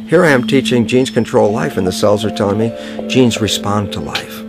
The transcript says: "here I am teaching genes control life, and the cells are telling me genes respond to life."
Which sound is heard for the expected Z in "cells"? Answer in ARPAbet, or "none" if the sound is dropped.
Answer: Z